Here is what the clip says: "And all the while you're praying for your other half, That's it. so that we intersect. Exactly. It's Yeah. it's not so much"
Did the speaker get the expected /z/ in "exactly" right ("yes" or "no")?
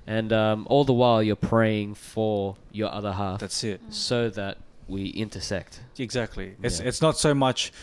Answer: yes